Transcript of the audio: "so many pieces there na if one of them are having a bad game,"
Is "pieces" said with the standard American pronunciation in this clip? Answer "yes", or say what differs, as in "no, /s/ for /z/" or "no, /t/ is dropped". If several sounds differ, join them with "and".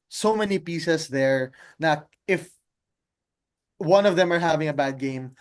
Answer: no, /s/ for /z/